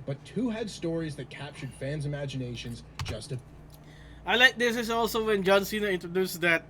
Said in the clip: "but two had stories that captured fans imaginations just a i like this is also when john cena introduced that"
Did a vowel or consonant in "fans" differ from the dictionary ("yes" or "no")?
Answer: no